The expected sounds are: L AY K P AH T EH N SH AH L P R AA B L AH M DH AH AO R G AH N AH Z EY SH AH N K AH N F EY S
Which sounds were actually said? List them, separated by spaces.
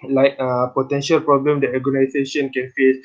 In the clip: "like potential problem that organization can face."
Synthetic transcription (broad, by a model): L AY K P AH T EH N SH AH L P R AA B L AH M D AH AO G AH N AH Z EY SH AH N K AH N F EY S